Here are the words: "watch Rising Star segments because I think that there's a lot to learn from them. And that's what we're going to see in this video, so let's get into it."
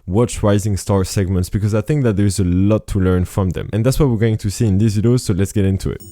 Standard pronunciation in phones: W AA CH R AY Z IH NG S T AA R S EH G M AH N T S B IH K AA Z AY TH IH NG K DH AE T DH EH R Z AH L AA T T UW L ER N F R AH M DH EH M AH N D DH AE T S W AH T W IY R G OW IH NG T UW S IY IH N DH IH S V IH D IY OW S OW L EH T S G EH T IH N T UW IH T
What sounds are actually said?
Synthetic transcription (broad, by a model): W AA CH R AY Z IH NG S T AA R S EH G M AH N T S B IH K AA Z AY TH IH NG K DH AE T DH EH R Z AH L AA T T UW L ER N F R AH M DH EH M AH N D DH AE T S W AH T W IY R G OW IH NG T UW S IY IH N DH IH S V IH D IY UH S OW L EH T S G EH T IH N T UW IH T